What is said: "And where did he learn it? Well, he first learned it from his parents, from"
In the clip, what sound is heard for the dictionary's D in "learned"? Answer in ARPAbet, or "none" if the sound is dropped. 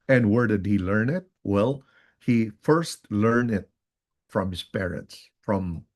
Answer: none